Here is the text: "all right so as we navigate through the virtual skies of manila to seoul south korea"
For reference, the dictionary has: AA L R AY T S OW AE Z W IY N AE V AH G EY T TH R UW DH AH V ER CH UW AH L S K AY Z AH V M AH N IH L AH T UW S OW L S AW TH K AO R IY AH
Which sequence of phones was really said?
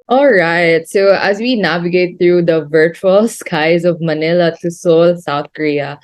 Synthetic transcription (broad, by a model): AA L R AY T S OW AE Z W IY N AE V AH G EY T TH R UW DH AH V ER CH UW AH L S K AY Z AH V M AH N IH L AH T UW S OW L S AW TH K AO R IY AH